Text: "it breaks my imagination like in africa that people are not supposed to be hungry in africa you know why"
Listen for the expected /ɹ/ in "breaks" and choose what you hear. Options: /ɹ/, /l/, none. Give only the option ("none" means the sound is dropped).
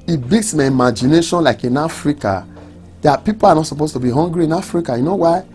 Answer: none